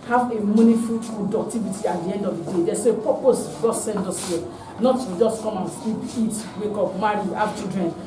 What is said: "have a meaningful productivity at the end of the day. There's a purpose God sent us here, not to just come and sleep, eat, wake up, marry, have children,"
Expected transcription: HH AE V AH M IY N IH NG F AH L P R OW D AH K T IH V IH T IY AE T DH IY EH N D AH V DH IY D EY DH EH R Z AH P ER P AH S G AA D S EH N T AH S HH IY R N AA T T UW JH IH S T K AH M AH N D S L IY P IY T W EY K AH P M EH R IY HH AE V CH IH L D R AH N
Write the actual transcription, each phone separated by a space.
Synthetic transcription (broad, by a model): HH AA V AH M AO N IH F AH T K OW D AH K T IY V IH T IY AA T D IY EH N D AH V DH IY D EY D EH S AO AH P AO P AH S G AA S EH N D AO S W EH N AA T T UW JH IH S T K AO M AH N S L IY P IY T W EY K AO P M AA R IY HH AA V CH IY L D R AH N